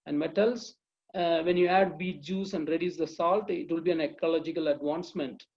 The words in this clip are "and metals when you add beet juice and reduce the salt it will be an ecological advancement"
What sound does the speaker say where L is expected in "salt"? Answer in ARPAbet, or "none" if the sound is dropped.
L